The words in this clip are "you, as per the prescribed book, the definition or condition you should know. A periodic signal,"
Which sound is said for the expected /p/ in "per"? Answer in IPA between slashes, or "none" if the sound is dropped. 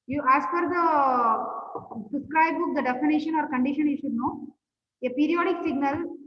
/f/